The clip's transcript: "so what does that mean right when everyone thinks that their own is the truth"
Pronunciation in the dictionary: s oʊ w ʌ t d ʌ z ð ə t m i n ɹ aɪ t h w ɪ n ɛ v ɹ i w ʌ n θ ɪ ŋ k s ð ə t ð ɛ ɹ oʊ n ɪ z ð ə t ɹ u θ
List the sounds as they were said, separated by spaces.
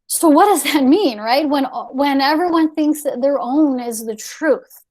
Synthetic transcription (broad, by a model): s oʊ w ʌ t d ʌ z ð ə t m i n ɹ aɪ t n w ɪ n ɛ v ɹ i w ʌ n θ ɪ ŋ k s ð ə t ð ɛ ɹ oʊ n ɪ z ð ə t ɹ u θ